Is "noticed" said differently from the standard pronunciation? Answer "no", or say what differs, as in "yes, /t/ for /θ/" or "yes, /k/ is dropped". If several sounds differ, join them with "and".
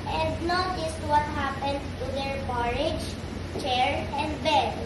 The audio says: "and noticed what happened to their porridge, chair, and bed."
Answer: no